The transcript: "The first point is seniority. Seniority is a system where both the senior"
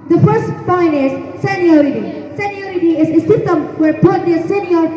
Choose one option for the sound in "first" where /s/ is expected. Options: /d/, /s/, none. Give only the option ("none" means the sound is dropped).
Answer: /s/